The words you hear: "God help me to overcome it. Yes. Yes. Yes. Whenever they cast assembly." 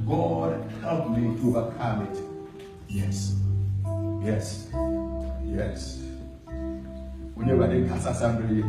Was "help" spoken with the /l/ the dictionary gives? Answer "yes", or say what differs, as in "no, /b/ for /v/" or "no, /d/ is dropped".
yes